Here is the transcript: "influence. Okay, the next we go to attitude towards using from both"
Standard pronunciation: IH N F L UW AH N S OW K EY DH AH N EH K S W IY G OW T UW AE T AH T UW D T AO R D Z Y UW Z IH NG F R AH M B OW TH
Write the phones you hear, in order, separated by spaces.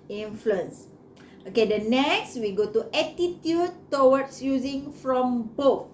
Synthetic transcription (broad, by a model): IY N F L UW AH N S OW K EY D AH N EH K S W IY G OW T UW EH T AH T UW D T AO W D S Y UW Z IH NG F R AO M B OW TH